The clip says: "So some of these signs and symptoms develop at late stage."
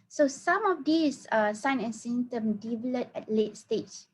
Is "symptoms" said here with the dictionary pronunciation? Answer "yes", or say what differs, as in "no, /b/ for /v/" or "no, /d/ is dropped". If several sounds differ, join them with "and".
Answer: no, /z/ is dropped